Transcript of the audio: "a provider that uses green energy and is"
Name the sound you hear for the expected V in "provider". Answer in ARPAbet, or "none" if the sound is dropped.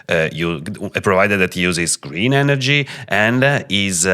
V